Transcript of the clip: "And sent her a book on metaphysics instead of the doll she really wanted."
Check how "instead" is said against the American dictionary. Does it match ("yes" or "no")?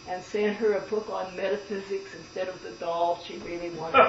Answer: yes